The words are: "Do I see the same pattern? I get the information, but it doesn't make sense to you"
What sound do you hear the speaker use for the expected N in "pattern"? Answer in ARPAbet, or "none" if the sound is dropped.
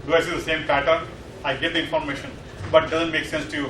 none